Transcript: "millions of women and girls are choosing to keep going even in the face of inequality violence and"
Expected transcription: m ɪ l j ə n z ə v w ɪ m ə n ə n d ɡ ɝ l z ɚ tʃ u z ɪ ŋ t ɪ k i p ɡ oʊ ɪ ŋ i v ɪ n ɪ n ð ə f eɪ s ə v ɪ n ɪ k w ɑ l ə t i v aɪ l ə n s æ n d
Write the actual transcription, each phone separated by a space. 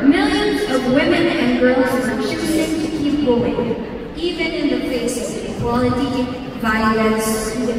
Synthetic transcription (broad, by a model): m ɪ l j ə n z ə v w ɪ m ə n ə n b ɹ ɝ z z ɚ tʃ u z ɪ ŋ t ɪ k i p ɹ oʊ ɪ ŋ i v ɪ n ɪ n ð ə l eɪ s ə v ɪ ɪ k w ɑ l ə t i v aɪ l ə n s